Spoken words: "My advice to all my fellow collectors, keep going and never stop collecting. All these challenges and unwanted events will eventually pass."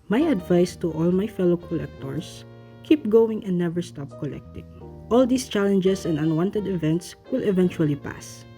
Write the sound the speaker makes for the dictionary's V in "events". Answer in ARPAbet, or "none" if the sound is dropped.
V